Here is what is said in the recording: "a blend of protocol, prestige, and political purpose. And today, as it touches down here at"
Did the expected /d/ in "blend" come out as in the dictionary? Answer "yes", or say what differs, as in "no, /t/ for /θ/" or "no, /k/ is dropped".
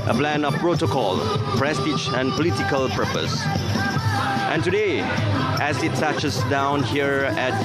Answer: no, /d/ is dropped